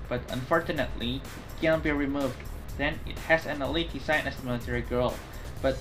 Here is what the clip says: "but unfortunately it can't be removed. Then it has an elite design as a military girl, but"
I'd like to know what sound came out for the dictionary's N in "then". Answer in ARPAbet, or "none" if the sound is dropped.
N